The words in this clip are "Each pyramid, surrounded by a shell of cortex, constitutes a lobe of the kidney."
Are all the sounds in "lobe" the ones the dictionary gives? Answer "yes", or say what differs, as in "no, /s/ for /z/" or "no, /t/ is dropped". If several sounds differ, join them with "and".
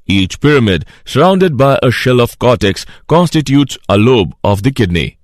yes